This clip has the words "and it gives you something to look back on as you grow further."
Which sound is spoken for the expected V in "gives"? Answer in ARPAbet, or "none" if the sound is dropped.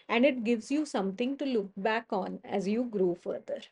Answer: V